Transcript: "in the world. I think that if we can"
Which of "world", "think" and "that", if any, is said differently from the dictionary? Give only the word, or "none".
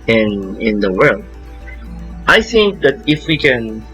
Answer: none